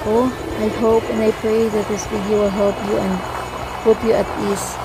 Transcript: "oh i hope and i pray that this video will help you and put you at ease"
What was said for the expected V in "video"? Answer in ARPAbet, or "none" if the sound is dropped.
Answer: B